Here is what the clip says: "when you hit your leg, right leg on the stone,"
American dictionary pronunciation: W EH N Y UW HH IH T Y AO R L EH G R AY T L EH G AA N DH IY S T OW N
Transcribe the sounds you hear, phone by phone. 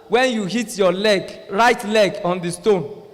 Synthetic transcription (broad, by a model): W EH N Y UW HH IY T Y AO L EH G R AY T L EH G AA N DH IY S T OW N